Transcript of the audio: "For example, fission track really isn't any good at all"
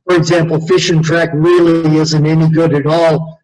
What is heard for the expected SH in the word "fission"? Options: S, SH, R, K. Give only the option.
SH